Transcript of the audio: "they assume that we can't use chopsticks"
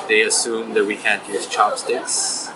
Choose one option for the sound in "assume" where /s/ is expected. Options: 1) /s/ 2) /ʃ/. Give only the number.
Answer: 1